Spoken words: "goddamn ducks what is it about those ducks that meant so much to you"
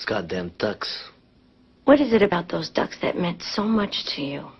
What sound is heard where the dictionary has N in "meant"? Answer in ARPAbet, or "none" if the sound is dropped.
N